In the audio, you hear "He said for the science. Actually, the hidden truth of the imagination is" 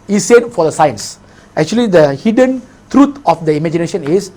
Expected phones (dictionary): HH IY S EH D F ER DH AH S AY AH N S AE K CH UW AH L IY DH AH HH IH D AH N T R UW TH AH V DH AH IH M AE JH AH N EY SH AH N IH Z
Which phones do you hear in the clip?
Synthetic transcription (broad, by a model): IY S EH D F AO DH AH S AY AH N S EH K CH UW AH L IY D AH HH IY D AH N T R UW T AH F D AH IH M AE JH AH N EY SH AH N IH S